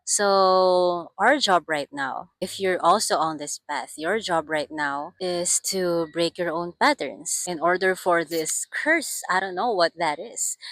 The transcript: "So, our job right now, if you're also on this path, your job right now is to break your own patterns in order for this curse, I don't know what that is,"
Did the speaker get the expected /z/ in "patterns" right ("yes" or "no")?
no